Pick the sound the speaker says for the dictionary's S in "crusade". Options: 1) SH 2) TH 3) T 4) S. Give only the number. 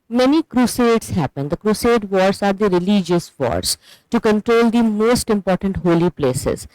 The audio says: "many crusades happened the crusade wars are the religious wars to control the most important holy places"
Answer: 4